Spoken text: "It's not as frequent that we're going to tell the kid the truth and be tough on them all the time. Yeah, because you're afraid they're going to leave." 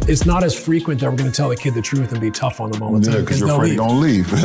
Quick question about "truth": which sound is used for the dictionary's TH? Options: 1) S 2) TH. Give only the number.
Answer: 2